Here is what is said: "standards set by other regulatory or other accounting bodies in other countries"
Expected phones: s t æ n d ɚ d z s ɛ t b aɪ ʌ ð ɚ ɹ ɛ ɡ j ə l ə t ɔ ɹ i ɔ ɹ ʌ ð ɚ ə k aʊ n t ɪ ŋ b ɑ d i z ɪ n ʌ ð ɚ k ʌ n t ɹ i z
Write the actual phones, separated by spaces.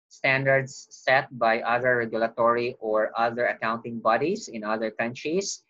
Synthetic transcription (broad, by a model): s t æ n d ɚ d s ɛ t b aɪ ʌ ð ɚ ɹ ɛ ɡ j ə l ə t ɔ ɹ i ɔ ɹ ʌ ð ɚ ə k aʊ n t ɪ ŋ b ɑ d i s ɪ n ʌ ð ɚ k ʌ n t ɹ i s